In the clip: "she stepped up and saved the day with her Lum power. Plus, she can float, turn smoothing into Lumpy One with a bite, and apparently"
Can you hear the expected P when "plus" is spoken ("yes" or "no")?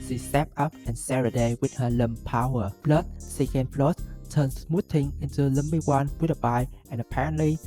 no